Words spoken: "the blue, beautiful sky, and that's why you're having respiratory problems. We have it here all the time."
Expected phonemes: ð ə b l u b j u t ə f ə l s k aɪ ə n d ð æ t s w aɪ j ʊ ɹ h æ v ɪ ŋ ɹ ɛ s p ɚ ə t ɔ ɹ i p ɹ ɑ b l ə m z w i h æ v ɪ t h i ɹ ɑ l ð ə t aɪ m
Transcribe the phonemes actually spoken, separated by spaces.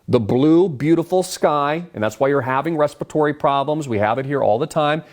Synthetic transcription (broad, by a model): ð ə b l u b j u t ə f l s k aɪ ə n ð æ t s w aɪ j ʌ ɹ h æ v ɪ ŋ ɹ ɛ s p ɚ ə t ɔ ɹ i p ɹ ɑ b l ə m z w i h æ v ɪ t h i ɹ ɑ l ð ə t aɪ m